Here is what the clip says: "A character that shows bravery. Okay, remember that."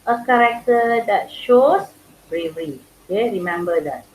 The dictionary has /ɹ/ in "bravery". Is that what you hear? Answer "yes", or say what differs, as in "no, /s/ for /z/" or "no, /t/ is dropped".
yes